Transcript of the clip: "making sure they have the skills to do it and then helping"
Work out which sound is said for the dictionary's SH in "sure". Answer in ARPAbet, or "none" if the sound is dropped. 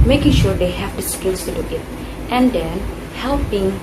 SH